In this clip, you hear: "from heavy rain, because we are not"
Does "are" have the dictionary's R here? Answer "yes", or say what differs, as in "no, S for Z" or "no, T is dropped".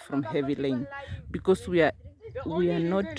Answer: no, W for R